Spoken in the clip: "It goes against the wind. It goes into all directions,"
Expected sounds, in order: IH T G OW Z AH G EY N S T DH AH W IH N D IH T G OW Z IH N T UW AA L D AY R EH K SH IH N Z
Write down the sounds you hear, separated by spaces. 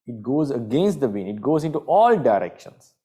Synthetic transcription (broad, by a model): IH T G OW Z AH G EY N S T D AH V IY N IH T G OW Z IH N T UW AA L D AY R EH K SH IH N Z